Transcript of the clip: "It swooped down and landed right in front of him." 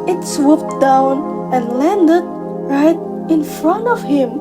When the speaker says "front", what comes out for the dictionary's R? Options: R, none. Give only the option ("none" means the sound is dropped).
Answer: R